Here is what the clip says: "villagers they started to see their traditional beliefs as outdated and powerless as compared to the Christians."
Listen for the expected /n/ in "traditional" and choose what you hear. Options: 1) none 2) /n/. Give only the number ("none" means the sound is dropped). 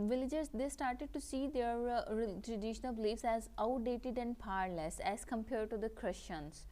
1